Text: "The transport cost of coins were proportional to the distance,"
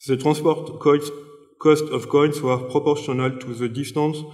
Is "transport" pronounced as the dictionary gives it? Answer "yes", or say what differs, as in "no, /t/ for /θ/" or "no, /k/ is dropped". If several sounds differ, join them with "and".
no, /n/ is dropped